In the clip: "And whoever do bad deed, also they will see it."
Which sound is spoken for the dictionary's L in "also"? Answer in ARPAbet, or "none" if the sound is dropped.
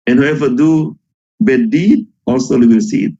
L